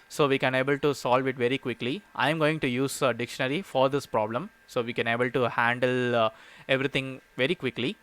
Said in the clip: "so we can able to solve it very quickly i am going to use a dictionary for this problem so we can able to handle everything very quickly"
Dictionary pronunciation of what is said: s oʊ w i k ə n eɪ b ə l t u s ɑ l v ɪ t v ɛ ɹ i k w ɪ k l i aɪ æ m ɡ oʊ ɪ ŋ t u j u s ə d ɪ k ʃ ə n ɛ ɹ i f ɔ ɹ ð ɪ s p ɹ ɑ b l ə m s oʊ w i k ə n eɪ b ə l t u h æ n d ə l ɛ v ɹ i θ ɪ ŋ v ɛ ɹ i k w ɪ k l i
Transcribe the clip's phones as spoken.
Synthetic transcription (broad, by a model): s oʊ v i k ə n eɪ b ə l t u s ɑ l v ɪ t v ɛ ɹ i k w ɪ k l i aɪ m ɡ oʊ ɪ ŋ t u j u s ə d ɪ k ʃ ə n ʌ ɹ i f ɔ ɹ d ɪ s p ɹ ɑ b l ə m s oʊ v i k ə n eɪ b ə l t u h æ n d ə l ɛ v ɹ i t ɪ ŋ v ɛ ɹ i k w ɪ k l i